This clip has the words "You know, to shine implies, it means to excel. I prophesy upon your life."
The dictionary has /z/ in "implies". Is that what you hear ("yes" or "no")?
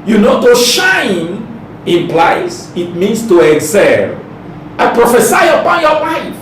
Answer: no